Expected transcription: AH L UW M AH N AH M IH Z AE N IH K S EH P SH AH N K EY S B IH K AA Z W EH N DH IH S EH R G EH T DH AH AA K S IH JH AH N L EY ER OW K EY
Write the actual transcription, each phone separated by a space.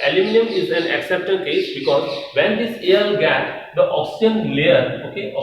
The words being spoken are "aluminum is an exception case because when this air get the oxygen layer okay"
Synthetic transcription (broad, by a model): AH L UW M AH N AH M IH Z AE N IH K S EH P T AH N K EY S B IH K AA Z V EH N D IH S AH L G EH T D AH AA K S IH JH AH N L EY ER OW K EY